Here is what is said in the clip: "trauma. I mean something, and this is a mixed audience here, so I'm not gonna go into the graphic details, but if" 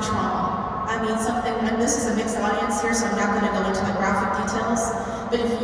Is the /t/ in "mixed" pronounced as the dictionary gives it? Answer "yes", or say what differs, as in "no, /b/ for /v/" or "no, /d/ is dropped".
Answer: yes